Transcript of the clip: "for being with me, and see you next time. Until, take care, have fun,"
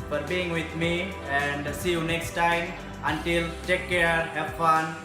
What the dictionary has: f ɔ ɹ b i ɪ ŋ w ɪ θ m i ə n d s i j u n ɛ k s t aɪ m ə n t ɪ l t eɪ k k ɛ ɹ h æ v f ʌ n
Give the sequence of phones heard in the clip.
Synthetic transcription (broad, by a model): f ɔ ɹ b i ɪ ŋ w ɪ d m i ə n d s i j u n ɛ k s t aɪ m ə n t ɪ l t eɪ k k ɛ ɹ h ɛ p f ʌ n